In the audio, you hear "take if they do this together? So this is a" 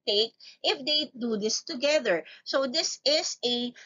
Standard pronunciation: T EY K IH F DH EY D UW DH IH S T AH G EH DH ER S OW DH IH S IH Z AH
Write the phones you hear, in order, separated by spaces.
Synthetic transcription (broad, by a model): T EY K IH F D EY D UW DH IH S T AH G EH DH ER S OW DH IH S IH S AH